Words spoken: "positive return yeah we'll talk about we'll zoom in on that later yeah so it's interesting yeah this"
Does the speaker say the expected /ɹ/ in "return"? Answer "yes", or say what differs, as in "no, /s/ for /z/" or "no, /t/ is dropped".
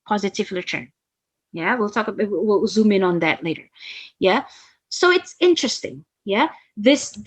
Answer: no, /l/ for /ɹ/